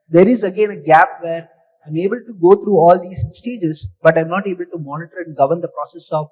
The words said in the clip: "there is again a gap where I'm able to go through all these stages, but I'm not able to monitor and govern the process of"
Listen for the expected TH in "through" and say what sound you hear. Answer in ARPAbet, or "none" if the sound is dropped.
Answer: T